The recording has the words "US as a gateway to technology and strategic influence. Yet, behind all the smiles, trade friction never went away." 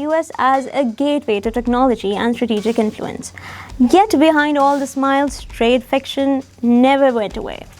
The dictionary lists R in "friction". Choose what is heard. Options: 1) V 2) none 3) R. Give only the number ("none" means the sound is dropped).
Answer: 2